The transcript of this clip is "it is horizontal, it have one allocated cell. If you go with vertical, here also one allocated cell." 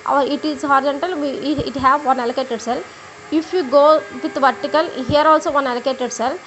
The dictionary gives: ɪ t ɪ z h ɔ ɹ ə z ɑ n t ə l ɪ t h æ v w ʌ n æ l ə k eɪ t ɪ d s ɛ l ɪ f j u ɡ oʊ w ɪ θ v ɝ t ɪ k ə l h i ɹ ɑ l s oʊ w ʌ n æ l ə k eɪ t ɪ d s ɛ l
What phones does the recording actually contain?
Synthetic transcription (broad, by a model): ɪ t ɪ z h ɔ ɹ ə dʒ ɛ n t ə l ɪ t h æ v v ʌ n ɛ l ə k eɪ t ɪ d s ɛ l ɪ f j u ɡ oʊ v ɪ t v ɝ t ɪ k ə l h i ɹ ɑ l s oʊ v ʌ n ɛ l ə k eɪ t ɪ d s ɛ l